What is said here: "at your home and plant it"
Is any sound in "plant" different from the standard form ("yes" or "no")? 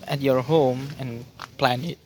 yes